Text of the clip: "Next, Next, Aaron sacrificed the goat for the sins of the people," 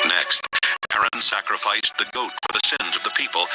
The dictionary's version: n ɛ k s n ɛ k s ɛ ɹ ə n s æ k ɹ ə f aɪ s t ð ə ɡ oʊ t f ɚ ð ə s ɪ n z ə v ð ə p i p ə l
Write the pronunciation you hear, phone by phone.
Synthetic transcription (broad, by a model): n ɛ k s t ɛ ɛ ɹ ə n s æ k ɹ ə f aɪ s ð ə ɡ oʊ t f ɚ ð ə s ɪ n z ə v ð ə p i p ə l